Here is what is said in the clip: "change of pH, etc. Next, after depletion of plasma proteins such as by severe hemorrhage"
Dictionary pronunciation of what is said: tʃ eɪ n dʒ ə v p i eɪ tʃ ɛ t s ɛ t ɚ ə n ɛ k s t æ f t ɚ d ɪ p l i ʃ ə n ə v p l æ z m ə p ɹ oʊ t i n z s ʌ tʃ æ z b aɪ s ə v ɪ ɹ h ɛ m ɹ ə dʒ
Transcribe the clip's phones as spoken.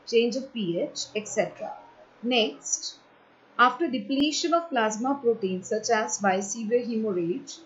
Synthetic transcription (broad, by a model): tʃ eɪ n dʒ ə v p i eɪ tʃ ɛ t s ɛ t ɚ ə n ɛ k s t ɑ f t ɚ d ɪ p l i ʃ ə n ə v p l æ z m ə p ɹ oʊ t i n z s ʌ tʃ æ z b aɪ s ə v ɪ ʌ h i m ɹ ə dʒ